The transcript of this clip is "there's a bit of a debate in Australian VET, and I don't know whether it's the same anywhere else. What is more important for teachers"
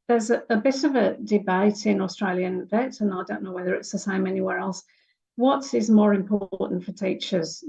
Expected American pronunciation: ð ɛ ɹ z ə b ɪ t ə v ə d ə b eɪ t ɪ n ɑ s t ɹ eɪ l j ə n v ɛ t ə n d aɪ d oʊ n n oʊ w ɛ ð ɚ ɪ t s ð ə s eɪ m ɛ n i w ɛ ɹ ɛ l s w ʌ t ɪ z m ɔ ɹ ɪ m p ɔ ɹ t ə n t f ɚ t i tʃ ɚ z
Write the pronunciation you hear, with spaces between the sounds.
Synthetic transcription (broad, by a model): ð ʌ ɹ z ə b ɪ t ə v ə d ə b eɪ t ɪ n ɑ s t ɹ eɪ l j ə n v ɛ t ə n aɪ d oʊ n n oʊ w ɛ ð ɚ ɪ t s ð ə s eɪ m ɛ n i w ɛ ɹ ɛ l s w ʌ t ɪ z m ɔ ɹ ɪ m p ɔ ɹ t n t f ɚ t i tʃ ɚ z